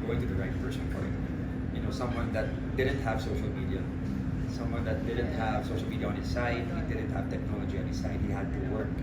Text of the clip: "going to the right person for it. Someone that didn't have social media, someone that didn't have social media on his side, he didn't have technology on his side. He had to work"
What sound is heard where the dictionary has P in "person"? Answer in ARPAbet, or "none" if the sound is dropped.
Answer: F